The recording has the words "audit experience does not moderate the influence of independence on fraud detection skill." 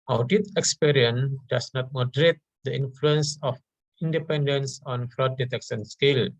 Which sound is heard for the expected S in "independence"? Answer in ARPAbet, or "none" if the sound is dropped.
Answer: S